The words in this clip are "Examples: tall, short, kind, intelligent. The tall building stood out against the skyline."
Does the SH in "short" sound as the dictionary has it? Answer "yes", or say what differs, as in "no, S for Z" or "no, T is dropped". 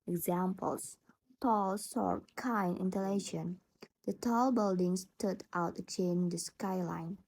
no, S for SH